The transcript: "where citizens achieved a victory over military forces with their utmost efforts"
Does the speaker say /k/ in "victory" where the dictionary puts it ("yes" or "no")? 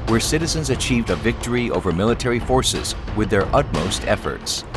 yes